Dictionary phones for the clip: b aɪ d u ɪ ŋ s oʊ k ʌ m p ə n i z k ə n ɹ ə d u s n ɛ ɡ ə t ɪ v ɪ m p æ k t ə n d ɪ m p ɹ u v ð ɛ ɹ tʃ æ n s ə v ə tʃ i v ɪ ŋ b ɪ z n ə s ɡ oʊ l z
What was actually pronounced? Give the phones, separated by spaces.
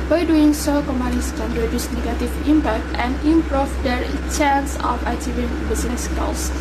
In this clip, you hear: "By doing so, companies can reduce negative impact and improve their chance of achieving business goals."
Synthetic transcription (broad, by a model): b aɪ d u ɪ ŋ s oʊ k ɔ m ə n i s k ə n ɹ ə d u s n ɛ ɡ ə t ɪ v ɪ m p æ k t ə n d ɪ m p ɹ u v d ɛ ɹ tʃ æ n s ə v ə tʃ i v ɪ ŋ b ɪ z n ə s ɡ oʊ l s